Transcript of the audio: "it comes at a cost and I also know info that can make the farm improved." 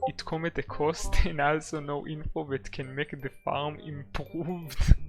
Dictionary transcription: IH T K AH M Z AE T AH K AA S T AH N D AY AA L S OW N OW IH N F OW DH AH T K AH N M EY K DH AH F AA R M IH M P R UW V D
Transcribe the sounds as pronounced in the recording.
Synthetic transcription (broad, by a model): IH T K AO M IY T AH K AA S T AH N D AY AA L S OW N OW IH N F OW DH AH T K AH N M EY K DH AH F AA R M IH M P R UW V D